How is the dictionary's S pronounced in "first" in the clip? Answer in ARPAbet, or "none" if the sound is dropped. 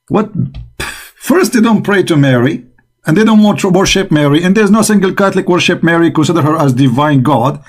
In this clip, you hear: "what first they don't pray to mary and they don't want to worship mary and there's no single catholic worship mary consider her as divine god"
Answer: S